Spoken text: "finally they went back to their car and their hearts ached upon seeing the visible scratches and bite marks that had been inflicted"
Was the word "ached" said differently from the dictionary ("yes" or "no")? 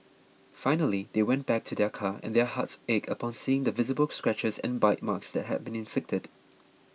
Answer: yes